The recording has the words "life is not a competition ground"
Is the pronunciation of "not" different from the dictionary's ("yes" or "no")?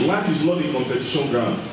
yes